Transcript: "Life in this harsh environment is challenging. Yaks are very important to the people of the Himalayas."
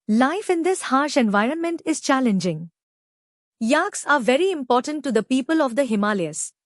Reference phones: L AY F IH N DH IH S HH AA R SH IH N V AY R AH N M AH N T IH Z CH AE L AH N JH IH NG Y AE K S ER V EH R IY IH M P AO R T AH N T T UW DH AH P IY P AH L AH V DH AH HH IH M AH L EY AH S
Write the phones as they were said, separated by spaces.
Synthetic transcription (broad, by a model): L AY F IH N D IH S HH AA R SH IH N V AY R AH N M AH N T IH Z CH AE L AH N JH IH NG Y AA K S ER V EH R IY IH M P AO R T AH N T T UW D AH P IY P AH L AH V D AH HH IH M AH L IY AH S